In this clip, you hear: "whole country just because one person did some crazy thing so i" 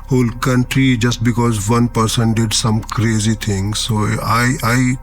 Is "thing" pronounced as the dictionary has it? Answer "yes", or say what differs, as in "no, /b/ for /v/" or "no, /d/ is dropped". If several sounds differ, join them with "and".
no, /t/ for /θ/